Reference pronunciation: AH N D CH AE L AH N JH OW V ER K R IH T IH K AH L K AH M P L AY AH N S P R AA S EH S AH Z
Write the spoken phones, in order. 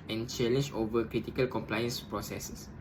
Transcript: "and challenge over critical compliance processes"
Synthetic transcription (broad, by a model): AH N CH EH L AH N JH OW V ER K R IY T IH K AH L K AH M P L AY AH N S P R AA S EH S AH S